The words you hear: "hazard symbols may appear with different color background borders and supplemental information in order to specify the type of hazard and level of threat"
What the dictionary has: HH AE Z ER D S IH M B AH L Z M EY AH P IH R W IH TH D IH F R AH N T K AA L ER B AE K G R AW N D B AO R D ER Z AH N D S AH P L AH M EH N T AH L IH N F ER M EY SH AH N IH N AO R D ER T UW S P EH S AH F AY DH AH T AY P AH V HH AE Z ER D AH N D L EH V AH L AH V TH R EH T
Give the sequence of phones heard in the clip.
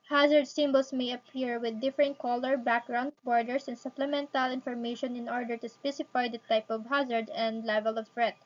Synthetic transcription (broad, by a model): HH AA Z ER D S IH M B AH L S M EY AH P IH R W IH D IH F R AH N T K AA L ER B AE K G R AW N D B AO R D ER S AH N S AH P L AH M EH N T AH L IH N F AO M EY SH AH N IH N AO R D ER T UW S P EH S AH F AY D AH T AY P AH V HH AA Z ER D AH N D L EH V AH L AH V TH R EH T